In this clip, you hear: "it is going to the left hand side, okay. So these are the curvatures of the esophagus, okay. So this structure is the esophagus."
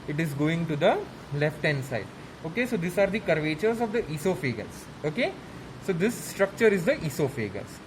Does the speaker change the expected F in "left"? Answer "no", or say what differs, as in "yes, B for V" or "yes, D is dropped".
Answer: no